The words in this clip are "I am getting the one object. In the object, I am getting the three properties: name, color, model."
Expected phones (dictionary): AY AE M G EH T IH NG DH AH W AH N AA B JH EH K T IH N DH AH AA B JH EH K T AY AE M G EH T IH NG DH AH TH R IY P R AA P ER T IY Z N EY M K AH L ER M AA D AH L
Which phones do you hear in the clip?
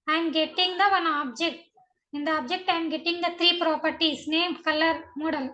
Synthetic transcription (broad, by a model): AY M G EH T IH NG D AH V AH N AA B JH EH K T IH N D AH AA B JH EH K T AY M G EH T IH NG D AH T R IY P R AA P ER T IY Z N EY M K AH L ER M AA D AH L